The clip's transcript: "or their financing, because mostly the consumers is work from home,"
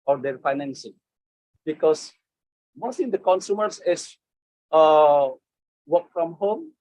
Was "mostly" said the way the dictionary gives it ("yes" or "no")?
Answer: no